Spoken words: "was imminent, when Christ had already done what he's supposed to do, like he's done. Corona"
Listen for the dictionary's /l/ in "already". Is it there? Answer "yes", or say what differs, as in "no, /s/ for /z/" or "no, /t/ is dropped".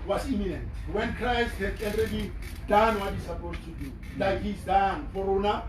no, /n/ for /l/